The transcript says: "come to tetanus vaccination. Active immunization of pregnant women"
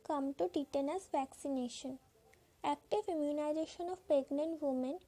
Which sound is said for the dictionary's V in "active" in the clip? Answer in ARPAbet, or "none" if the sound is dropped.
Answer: F